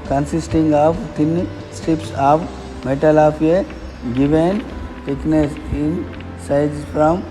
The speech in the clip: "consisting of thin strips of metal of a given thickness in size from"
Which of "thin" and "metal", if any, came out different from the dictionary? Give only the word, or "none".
thin